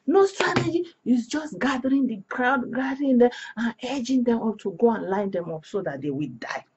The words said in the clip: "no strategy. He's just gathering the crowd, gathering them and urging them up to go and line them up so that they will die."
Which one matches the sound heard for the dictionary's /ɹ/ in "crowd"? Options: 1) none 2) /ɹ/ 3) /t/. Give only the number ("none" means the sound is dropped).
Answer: 2